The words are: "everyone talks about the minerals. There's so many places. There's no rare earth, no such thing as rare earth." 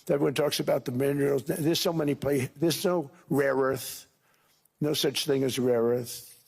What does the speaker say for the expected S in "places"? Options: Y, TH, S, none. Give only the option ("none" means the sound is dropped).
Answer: none